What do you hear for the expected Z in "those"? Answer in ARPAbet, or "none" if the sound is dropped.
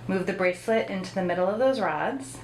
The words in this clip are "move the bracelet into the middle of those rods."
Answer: Z